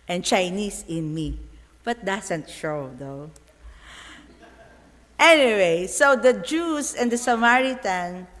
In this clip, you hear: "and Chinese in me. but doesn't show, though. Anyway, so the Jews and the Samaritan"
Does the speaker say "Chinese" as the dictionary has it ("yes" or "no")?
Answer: no